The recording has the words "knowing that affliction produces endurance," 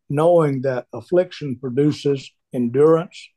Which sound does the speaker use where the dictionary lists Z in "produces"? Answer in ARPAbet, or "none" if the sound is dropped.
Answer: Z